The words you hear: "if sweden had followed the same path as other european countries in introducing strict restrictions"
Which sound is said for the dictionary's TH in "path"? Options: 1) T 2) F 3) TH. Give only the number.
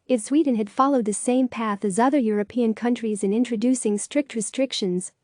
3